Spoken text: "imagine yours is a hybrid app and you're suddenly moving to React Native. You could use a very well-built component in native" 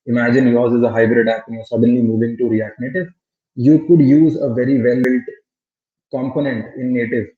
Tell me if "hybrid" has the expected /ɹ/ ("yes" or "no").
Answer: yes